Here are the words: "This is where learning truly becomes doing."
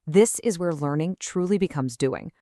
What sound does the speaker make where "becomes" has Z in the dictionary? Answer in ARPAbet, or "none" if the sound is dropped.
Z